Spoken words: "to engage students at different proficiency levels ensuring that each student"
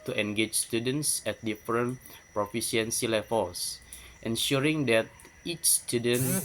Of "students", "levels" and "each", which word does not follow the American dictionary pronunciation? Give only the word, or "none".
levels